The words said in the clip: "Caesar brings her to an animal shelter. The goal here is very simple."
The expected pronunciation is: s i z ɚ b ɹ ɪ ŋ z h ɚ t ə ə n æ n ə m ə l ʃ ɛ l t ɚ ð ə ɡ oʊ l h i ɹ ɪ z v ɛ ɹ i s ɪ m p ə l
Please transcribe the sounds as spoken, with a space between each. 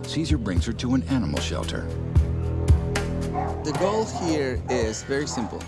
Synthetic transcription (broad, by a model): s i z ɚ b ɹ ɪ ŋ z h ɚ t ə ə n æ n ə m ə l ʃ ɛ l t ɚ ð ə ɡ oʊ l h i ɹ ɪ z v ɛ ɹ i s ɪ m p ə l